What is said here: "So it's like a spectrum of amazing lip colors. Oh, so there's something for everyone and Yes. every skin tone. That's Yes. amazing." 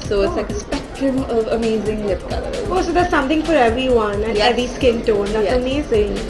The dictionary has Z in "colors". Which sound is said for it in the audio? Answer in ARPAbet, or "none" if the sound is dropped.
none